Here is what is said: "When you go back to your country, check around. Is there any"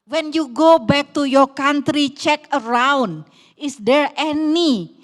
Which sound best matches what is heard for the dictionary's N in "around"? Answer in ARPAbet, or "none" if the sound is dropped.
N